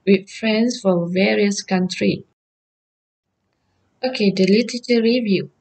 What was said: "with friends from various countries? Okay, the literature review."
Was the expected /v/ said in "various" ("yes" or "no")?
yes